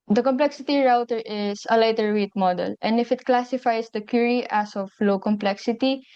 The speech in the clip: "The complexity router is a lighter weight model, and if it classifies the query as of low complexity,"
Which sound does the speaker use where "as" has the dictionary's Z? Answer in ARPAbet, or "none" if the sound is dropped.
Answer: S